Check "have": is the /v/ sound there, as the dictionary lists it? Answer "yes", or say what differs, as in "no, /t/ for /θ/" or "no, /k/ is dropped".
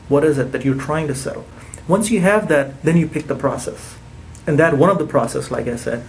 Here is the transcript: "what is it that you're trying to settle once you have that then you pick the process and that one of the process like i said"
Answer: yes